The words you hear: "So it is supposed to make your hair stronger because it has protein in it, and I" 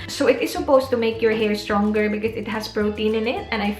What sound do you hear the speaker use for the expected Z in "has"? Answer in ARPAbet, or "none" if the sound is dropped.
S